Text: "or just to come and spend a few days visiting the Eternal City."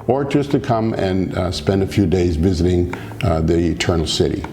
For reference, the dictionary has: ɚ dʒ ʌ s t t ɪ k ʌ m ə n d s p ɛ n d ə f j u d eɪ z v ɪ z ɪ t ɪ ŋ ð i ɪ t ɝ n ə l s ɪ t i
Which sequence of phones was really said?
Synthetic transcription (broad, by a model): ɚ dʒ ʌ s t t ɪ k ʌ m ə n s p ɛ n d ə f j u d eɪ z v ɪ z ɪ t ɪ ŋ ð i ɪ t ɝ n l s ɪ t i